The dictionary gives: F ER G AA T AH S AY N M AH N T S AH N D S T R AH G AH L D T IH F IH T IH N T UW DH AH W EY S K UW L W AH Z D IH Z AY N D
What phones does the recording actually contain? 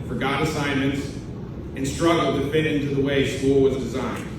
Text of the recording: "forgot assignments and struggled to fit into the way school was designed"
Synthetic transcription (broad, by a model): F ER G AA T AH S AY N M AH N T S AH N S T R AH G L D T IH F IH T IH N T UW DH AH W EY S K UW L W AH Z D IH Z AY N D